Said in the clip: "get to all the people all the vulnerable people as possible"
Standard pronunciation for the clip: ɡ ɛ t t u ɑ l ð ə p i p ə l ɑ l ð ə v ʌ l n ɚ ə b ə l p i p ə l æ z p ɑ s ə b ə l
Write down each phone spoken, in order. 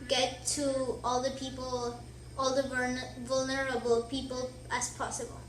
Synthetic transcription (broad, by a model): ɡ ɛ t t u ɑ l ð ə p i p ə l ɑ l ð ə v ʌ l n ɚ ə b ə l p i p ə l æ s p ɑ s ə b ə l